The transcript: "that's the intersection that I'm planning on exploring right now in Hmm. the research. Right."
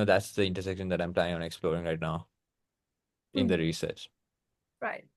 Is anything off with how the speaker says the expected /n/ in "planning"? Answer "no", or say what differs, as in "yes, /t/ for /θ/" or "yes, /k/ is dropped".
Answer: yes, /n/ is dropped